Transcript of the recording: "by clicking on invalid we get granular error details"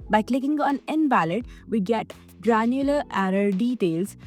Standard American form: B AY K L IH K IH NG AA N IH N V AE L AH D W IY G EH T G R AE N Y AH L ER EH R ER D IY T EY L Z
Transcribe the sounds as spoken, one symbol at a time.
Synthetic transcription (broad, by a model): B AY K L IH K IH NG AA N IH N B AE L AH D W IY G EH T G R AE N Y AH L ER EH R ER D IY T EY L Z